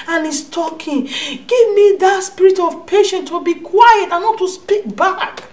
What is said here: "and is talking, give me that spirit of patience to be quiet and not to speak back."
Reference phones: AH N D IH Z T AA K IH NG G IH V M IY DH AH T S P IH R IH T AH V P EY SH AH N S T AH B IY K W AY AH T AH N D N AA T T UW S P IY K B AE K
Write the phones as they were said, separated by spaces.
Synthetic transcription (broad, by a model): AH N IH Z T AA K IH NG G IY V M IY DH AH T S P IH R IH T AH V P EY SH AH N T AH B IY K W AY AH T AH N N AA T T UW S P IY K B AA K